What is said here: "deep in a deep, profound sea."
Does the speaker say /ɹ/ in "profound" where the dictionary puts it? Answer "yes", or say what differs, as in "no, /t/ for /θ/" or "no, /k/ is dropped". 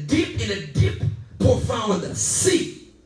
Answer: no, /ɹ/ is dropped